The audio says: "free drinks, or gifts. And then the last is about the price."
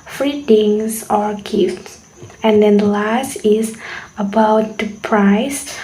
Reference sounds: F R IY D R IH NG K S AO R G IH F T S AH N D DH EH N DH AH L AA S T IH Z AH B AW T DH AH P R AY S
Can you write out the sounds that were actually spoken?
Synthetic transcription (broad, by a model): F R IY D IH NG S AO R G IH F T S AH N D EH N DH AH L AA S T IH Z AH B AW T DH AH P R AY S